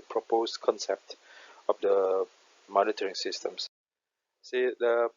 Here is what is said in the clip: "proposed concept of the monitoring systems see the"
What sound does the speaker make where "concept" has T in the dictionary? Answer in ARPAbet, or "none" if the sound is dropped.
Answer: T